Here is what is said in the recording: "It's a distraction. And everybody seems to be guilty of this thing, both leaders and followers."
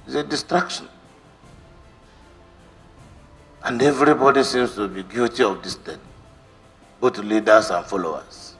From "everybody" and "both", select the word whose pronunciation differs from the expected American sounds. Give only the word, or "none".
both